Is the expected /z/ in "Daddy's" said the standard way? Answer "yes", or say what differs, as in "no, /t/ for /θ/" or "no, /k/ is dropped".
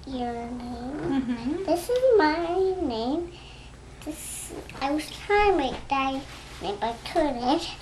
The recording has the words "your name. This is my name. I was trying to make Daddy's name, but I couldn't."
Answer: no, /z/ is dropped